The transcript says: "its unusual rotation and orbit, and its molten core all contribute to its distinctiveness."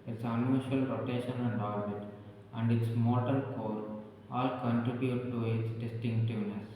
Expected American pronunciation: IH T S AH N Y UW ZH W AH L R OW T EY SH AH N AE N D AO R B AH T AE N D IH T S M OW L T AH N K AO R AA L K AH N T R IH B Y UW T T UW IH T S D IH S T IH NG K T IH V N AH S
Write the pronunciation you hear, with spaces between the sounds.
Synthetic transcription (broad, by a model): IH T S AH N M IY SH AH L R OW T EY SH AH N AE N D AO R B AH T AE N D IH T S M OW T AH L K AO R AA L K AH N T R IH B Y UW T T UW IH T S D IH S T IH NG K T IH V N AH S